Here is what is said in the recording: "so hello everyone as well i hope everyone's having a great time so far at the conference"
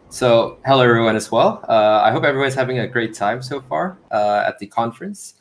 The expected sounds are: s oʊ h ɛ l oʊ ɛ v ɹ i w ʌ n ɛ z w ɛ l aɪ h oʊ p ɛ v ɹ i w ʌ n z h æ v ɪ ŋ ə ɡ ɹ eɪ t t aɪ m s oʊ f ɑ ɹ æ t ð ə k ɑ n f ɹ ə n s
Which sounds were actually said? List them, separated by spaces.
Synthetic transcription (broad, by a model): s oʊ h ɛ l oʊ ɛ ɹ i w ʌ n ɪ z w ɛ l aɪ h oʊ p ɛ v ɹ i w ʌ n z h æ v ɪ ŋ ə ɡ ɹ eɪ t t aɪ m s oʊ f ɑ ɹ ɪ t ð ə k ɑ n f ɹ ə n s